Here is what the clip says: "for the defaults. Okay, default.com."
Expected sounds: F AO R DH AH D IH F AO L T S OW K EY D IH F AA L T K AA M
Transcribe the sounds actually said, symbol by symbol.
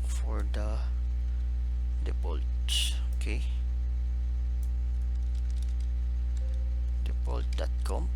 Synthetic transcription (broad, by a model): F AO R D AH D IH P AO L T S OW K EY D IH P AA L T K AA M